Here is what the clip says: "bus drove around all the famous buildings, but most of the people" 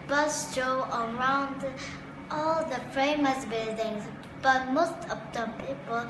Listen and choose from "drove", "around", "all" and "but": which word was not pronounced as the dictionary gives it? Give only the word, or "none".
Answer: drove